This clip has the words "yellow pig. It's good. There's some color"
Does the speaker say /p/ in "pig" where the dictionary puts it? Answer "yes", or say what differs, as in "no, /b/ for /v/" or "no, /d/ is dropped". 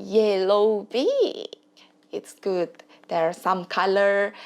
no, /b/ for /p/